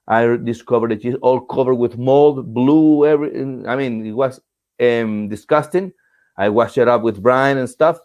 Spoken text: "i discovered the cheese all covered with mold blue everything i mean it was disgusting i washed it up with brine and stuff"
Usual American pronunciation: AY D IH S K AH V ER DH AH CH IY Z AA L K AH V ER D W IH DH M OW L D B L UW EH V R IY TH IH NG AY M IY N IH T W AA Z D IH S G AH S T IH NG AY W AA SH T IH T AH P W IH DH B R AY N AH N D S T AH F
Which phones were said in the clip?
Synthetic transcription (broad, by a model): AY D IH S K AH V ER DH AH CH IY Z AA L K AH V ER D W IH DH M OW L D B L UW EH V R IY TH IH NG AY M IY N IH T W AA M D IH S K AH S T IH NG AY W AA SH IH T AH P W IH DH B R AY N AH N S T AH F